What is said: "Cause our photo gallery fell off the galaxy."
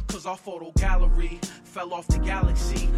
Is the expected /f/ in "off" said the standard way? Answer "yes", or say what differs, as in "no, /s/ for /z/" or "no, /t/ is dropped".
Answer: yes